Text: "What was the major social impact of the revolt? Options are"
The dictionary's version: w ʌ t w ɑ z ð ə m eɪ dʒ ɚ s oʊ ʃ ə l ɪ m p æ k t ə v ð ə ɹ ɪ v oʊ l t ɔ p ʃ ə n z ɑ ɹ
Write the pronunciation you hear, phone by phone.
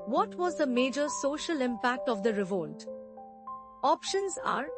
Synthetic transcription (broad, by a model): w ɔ t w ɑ z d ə m eɪ dʒ ɚ s oʊ ʃ ə l ɪ m p æ k t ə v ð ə ɹ ɪ v oʊ l t ɔ p ʃ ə n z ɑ ɹ